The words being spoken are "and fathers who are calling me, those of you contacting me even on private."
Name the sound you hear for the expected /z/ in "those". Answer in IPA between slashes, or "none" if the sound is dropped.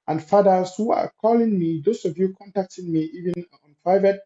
/s/